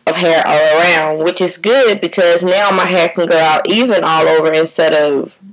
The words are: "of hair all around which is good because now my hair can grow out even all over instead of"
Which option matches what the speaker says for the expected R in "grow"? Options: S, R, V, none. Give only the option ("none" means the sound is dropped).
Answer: none